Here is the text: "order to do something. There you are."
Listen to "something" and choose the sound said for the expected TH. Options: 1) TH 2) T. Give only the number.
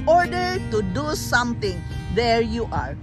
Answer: 2